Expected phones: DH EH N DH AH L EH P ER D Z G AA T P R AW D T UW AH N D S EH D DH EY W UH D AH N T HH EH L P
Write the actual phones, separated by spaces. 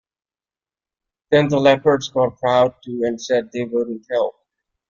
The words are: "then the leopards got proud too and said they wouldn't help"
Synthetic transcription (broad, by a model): DH EH N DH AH L EH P ER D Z G AA T P R AW D T UW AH N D S EH D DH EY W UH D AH N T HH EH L